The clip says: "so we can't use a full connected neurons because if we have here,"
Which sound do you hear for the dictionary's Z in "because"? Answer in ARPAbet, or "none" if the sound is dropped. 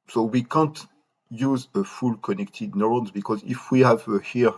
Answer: Z